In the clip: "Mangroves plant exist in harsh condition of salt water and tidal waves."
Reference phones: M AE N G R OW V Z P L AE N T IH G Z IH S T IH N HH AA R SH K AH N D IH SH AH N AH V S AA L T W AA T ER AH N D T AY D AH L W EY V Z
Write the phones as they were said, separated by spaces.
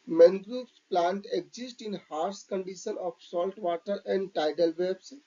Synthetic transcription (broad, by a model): M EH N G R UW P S P L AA N T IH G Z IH S T IH N HH AA R S K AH N D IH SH AH N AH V S AA L T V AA T ER AH N D T AY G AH L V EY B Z